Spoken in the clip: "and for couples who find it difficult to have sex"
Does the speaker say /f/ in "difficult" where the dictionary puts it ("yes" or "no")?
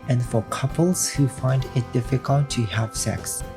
yes